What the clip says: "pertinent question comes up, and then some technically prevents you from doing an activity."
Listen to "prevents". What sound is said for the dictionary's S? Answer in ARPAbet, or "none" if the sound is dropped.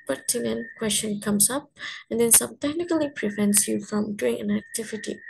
S